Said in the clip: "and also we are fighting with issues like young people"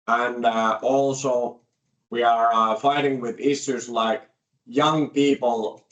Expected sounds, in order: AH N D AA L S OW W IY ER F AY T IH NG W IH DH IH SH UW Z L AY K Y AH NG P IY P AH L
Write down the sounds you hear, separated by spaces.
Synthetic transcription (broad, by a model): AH N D AA L S OW W IY ER F AY T IH NG W IH DH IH S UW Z L AY K Y AH NG P IY P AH L